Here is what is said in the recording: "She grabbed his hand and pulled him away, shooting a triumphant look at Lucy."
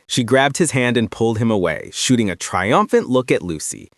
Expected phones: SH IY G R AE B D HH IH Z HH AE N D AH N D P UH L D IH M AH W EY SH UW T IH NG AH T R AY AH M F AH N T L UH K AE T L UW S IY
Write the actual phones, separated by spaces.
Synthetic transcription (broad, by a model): SH IY G R AE B D HH IH Z HH AE N D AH N P UH L D IH M AH W EY SH UW T IH NG AH T R AY AH M F AH N T L UH K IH T L UW S IY